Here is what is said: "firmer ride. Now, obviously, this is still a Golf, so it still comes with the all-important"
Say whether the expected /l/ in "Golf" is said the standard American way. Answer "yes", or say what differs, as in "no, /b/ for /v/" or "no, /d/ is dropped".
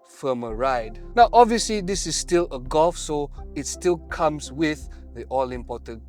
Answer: yes